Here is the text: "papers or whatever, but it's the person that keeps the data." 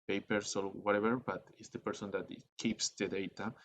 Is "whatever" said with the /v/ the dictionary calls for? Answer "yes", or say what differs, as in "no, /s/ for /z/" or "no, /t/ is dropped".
no, /b/ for /v/